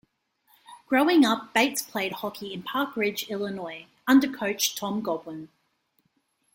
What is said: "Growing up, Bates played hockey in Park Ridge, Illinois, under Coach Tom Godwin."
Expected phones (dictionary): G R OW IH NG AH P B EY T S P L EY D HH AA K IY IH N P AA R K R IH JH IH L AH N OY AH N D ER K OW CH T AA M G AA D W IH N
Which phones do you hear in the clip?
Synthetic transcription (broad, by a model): G R OW IH NG AH P B EY T S P L EY D HH AA K IY IH N P AA K R IH JH IH L AH N OY AH N D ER K OW CH T AA M G AA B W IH N